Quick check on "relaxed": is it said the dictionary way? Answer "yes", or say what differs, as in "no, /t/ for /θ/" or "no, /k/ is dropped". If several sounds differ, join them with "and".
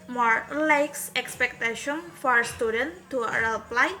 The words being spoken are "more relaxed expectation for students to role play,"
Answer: no, /l/ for /ɹ/